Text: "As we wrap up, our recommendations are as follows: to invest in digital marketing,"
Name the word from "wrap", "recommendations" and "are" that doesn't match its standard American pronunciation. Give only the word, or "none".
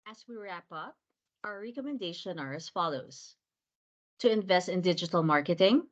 recommendations